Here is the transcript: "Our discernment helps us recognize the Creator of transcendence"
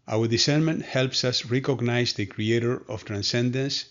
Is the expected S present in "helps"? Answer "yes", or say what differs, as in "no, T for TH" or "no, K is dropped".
yes